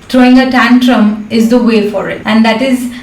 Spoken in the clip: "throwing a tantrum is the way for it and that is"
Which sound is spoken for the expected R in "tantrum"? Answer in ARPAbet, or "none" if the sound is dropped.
R